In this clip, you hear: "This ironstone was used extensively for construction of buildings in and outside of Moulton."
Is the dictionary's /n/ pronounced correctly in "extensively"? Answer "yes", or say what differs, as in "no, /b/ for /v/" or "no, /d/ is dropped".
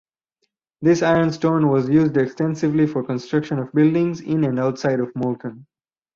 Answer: yes